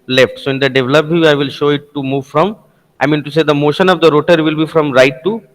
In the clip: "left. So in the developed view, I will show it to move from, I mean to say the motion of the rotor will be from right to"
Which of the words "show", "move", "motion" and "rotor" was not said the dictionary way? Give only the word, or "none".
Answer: none